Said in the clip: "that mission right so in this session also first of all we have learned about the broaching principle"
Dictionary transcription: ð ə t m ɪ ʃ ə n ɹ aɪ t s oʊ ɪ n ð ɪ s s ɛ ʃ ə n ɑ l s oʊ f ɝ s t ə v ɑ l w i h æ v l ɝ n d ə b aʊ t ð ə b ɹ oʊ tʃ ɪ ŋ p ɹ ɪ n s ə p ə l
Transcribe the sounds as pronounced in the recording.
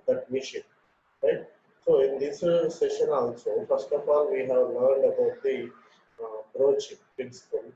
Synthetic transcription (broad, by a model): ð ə t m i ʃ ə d ɹ aɪ t s oʊ ɪ n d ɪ s s ɛ ʃ ə n ɑ l s oʊ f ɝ s t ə f ɑ l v i h æ v l ɝ n d ə b aʊ t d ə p ɹ oʊ tʃ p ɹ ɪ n s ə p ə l